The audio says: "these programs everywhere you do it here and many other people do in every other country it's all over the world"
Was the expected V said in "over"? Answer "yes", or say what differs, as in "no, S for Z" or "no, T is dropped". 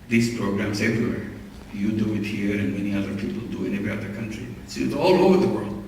yes